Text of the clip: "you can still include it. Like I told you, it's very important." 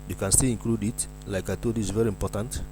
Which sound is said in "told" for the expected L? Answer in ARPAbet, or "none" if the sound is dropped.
none